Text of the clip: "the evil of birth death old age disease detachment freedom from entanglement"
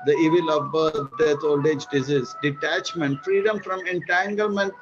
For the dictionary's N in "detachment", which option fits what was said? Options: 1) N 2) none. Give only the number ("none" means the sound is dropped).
1